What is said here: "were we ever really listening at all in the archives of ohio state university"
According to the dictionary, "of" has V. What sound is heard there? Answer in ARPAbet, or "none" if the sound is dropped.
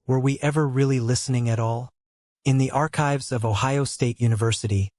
V